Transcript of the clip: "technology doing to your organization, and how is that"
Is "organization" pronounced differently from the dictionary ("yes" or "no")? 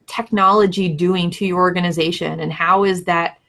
no